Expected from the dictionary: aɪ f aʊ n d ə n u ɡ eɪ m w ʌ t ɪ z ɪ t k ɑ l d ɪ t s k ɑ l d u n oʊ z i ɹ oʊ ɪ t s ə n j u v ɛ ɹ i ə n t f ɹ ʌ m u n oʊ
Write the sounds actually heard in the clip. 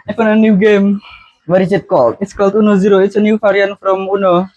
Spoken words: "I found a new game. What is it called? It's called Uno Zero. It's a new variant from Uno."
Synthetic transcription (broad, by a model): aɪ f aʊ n ə n u ɡ eɪ m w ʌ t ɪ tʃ ɪ t k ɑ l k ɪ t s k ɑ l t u n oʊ z i ɹ oʊ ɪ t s ə n j u f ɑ ɹ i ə n f ɹ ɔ m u n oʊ